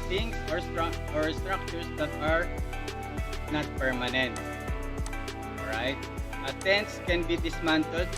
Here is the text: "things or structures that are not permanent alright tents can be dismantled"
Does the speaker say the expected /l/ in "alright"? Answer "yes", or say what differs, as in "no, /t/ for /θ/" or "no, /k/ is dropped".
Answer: no, /l/ is dropped